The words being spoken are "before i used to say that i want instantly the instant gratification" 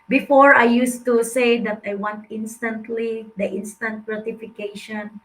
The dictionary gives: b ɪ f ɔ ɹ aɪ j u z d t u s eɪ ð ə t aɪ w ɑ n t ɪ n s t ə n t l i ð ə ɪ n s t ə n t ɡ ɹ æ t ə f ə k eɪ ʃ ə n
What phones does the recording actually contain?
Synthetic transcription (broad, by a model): b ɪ f ɔ ɹ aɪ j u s t u s eɪ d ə t aɪ w ɑ n t ɪ n s t ə n t l i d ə ɪ n s t ə n t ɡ ɹ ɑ t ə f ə k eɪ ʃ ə n